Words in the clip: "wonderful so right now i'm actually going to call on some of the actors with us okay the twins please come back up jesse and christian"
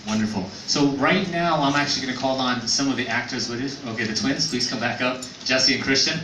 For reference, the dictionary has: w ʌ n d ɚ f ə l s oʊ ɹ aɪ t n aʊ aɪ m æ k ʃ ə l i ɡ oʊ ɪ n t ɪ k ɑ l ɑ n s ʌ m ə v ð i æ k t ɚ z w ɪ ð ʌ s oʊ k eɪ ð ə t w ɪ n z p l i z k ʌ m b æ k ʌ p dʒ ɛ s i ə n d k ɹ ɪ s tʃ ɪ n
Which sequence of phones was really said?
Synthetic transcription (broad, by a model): w ʌ n d ɚ f l s oʊ ɹ aɪ t n aʊ aɪ m æ k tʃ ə l i ɡ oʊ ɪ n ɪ k ɑ l n s ʌ m ə v ð i æ k t ɚ z w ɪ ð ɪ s oʊ k eɪ ð ə t w ɪ n z p l i z k ʌ m b æ k ʌ p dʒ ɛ s i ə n k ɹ ɪ s tʃ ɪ n